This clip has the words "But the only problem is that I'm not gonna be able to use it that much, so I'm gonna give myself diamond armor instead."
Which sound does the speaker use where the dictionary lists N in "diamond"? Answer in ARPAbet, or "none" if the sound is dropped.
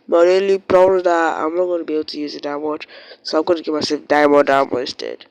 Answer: none